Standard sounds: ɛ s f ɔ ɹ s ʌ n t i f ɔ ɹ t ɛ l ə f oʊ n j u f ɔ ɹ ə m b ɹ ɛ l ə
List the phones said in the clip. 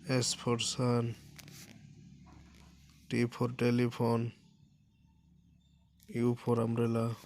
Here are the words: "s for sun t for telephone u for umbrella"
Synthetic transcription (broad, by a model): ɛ s p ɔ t s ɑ n t i p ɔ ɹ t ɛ l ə p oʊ n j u p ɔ ɹ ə m ɹ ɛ l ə